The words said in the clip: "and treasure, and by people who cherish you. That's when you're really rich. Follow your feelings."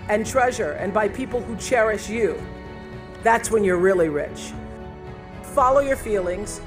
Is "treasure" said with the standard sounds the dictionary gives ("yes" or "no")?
yes